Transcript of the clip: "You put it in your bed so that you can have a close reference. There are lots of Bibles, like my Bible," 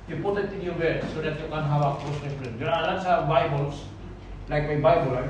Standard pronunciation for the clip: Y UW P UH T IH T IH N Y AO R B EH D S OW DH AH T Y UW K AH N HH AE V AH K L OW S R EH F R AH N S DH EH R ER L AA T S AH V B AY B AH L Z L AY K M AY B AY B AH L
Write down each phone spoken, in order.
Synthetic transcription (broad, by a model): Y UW P UH T IH T IH N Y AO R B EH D S OW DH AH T Y UW K AH N HH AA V AH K OW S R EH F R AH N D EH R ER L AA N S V B AY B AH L S L AY K M AY B AY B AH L